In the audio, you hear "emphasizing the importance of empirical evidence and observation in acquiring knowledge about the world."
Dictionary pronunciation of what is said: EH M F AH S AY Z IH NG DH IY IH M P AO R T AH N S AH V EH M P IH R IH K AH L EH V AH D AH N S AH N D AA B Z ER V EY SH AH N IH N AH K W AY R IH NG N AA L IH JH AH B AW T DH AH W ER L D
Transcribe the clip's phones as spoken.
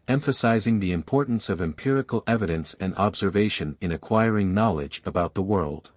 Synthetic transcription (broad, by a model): EH M F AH S AY Z IH NG DH IY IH M P AO R T N S AH V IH M P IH R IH K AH L EH V AH D AH N S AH N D AA B Z ER V EY SH AH N IH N AH K W AY R IH NG N AA L IH JH AH B AW T DH AH W ER L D